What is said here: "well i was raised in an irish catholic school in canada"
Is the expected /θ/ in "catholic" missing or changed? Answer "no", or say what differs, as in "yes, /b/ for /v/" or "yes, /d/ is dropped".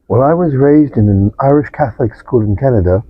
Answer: no